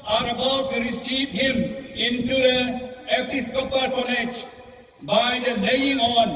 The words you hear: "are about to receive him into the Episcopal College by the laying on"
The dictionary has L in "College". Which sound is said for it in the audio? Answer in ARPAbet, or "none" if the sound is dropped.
N